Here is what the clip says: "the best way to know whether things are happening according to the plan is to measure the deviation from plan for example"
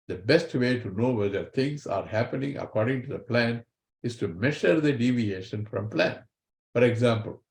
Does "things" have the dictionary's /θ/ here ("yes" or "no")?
no